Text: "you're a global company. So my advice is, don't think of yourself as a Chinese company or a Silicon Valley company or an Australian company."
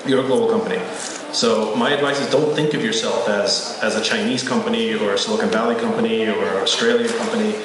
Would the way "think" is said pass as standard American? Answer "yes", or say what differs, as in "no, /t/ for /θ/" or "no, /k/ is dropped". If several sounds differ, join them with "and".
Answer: yes